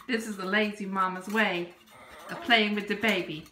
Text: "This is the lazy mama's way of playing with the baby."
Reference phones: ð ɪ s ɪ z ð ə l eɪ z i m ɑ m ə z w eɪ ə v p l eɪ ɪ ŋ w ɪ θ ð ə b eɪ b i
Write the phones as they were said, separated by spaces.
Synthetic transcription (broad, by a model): ð ɪ s ɪ z ð ə l eɪ z i m ɑ m ə z w eɪ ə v p l eɪ ɪ ŋ w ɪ ð ə b eɪ b i